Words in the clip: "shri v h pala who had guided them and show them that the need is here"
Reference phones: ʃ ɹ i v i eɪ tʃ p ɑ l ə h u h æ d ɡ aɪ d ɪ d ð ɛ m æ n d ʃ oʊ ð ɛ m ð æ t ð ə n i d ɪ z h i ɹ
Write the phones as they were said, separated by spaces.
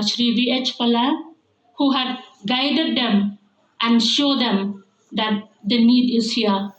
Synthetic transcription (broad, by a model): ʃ ɹ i v i eɪ tʃ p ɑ l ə h u h æ d ɡ aɪ d ɪ d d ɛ m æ n d ʃ oʊ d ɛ m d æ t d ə n i d ɪ z h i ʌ